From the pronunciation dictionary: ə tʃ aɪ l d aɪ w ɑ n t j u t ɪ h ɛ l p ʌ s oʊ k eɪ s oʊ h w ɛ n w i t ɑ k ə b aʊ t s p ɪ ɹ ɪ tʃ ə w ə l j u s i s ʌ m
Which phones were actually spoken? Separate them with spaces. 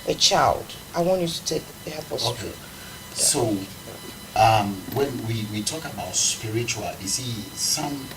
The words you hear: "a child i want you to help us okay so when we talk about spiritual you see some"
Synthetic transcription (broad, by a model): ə tʃ aɪ l d aɪ w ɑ n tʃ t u t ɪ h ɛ p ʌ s oʊ k eɪ s oʊ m w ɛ n w i t ɑ k ə b aʊ t s p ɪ ɹ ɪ tʃ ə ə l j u s i s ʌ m